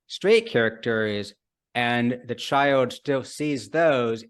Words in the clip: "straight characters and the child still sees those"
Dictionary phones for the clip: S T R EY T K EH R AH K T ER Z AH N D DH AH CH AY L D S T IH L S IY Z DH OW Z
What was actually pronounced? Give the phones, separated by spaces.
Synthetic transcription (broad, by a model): S T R EY T K EH R AH K T ER Z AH N DH AH CH AY L D S T IH L S IY Z DH OW Z